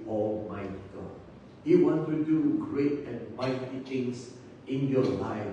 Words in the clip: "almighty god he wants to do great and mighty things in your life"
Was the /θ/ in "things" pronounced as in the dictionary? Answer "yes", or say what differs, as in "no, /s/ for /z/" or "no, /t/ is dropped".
no, /t/ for /θ/